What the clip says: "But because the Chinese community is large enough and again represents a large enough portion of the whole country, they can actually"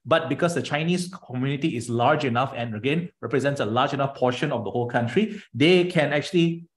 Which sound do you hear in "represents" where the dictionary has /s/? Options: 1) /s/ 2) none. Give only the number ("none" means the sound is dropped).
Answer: 1